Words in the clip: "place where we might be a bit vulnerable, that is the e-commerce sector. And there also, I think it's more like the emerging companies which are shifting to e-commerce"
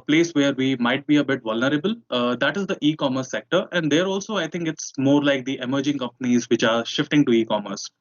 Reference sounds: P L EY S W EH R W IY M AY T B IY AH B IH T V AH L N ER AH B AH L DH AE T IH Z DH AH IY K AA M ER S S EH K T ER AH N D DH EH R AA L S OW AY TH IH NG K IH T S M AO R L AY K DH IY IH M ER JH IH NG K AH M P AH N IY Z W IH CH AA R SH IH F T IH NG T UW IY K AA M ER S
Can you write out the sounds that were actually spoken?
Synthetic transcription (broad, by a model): P L EY S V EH R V IY M AY T B IY AH B IH T V AH L N ER AH B AH L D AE T IH Z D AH IY K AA M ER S S EH K T ER AH N D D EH R AA L S OW AY T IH NG K IH T S M AO R L AY K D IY IH M ER JH IH NG K AH M P AH N IY Z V IH CH AA R SH IH F T IH NG T UW IY K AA M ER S